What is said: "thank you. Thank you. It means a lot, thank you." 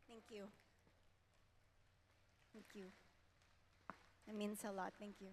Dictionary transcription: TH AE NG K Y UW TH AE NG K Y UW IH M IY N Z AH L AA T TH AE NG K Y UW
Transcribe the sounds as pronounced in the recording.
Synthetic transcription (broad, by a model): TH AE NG K Y UW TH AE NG K Y UW IH M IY N S AH L AA T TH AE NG K Y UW